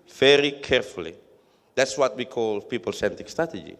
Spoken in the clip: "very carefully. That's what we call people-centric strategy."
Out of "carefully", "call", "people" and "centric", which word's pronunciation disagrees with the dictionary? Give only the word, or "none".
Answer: centric